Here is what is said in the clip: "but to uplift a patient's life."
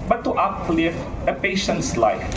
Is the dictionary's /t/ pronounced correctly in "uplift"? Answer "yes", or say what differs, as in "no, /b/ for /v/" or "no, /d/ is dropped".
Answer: no, /t/ is dropped